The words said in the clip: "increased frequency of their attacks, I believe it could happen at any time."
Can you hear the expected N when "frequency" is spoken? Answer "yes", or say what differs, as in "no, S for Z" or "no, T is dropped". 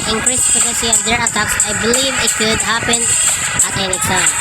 no, N is dropped